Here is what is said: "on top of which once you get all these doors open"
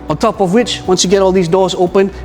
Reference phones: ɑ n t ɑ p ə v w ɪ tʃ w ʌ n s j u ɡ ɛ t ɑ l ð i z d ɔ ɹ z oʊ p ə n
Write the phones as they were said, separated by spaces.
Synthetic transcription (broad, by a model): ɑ n t ɑ p ə v w ɪ tʃ w ʌ n s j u ɡ ɛ t ɑ l ð i z d ɔ ɹ z oʊ p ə n